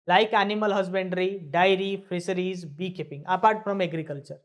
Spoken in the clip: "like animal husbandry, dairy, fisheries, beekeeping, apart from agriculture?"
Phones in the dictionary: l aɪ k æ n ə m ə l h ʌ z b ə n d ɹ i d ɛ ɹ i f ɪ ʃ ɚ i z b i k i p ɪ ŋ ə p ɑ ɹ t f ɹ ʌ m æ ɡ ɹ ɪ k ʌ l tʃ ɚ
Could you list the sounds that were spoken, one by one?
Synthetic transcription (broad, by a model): l aɪ k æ n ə m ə l h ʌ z b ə n d ɹ i d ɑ ɹ i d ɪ s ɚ i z b i k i p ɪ ŋ ə p ɑ ɹ t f ɹ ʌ m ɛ ɡ ɹ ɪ k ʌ l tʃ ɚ